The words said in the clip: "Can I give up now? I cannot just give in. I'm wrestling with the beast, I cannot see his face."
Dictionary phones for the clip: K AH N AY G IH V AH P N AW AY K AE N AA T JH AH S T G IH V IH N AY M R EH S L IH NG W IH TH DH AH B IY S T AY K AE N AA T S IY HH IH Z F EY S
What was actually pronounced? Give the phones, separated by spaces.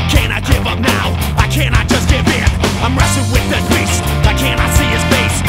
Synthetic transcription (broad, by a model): K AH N AY G IH V AH P N AW AY K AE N AA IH JH AH S G IH V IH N AY M R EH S IH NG W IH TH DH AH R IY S AY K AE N AA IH S IY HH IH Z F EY S